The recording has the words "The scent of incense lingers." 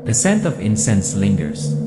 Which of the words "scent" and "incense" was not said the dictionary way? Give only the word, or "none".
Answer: none